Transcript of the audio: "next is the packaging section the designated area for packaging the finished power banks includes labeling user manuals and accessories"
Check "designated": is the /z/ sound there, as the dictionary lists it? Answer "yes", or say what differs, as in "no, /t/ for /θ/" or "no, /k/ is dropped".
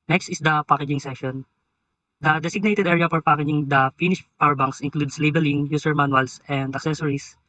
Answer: no, /s/ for /z/